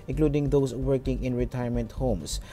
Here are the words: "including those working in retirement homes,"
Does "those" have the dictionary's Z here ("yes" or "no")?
no